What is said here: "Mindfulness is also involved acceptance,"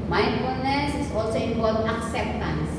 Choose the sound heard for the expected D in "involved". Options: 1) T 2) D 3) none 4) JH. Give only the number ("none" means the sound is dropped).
3